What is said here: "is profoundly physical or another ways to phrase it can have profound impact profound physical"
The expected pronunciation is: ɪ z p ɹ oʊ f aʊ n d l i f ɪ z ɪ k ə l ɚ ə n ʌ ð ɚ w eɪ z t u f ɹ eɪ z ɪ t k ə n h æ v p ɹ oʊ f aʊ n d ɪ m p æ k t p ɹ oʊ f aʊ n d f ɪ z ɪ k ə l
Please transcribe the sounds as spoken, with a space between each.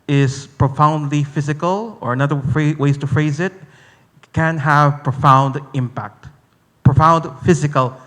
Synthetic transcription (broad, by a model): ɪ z p ɹ oʊ f aʊ n d l i f ɪ z ɪ k ə l ɚ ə n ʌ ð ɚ w eɪ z t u f ɹ eɪ z ɪ t k ə n h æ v p ɹ oʊ f aʊ n d ɪ m p æ k t p ɹ oʊ f aʊ n d f ɪ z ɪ k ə l